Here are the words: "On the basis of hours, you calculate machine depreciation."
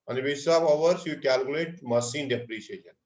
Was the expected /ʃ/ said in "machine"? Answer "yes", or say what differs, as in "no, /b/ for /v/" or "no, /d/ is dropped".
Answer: no, /s/ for /ʃ/